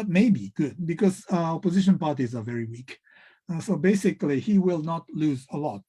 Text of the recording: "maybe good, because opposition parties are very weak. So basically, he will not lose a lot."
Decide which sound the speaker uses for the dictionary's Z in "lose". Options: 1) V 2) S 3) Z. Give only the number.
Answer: 3